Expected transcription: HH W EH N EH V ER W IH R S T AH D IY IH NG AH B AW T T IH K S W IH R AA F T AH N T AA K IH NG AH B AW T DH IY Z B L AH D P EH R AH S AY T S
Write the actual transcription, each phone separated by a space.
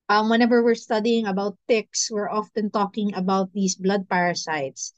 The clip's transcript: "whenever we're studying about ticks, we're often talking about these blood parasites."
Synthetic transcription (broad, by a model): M W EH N EH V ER W IH R S T AH D IY IH NG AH B AW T T IH K S W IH R AA F T AH N T AA K IH NG AH B AW T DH IY S B L AH D P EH R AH S AY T S